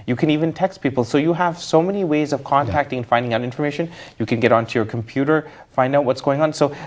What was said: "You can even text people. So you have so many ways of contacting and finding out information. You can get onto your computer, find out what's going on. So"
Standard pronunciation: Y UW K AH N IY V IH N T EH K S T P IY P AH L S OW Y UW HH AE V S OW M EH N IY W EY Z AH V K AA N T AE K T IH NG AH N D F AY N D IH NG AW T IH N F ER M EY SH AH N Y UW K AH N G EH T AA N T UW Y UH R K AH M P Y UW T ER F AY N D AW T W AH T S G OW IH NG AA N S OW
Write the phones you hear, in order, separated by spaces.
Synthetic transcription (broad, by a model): Y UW K AH N IY V IH N T EH K S T P IY P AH L S OW Y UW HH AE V S OW M EH N IY W EY Z AH V K AA N T AE K T IH NG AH N F AY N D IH NG AW T IH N F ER M EY SH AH N Y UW K AH N G EH T AA N T UW Y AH R K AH M P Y UW T ER F AY N D AW T W AH T S G OW IH NG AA N S OW